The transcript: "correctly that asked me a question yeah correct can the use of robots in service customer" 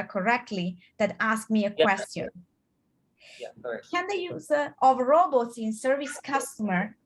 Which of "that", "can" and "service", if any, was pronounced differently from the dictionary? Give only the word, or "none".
none